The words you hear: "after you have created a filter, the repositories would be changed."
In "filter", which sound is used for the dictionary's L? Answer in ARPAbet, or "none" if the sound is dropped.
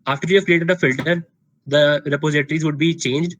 L